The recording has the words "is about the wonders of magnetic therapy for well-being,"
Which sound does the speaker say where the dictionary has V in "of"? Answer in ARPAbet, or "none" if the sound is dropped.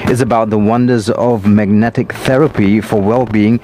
V